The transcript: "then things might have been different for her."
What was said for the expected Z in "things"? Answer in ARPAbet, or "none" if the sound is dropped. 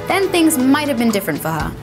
Z